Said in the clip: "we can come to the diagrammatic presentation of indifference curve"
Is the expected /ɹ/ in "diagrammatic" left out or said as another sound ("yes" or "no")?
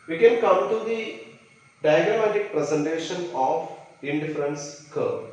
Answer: yes